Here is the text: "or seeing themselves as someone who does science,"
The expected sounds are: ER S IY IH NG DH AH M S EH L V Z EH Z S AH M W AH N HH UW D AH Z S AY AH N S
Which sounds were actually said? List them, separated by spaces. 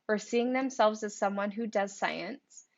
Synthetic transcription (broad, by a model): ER S IY IH NG DH AH M S EH L V Z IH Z S AH M W AH N HH UW D AH Z S AY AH N S